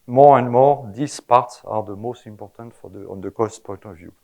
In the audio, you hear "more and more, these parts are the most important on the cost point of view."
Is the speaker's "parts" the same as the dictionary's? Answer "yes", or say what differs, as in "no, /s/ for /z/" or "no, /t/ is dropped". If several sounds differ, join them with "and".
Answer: yes